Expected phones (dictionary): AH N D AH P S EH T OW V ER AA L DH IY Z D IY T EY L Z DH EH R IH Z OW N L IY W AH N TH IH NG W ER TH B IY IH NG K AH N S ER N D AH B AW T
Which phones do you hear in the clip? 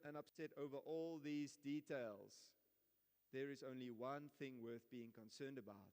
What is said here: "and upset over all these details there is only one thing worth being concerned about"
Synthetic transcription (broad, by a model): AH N AH P S EH T OW V ER AA L DH IY Z D IY T EY L Z DH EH R IH Z OW N L IY W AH N TH IH NG W ER TH B IY IH NG K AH N S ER N D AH B AW T